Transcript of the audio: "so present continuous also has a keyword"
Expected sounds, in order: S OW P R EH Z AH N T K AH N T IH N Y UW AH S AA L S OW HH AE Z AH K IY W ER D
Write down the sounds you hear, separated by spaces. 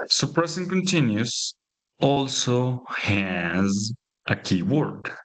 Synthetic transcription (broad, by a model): S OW P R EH S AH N K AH N T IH N Y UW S AA L S OW HH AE Z AH K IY W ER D